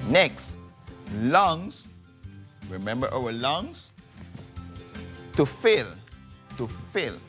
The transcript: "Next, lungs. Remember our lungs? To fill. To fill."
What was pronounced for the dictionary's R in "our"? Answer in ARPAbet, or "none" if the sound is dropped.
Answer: W